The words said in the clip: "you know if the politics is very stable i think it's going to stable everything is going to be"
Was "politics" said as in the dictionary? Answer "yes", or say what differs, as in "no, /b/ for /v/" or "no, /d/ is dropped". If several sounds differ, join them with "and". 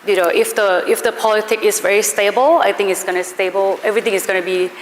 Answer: no, /s/ is dropped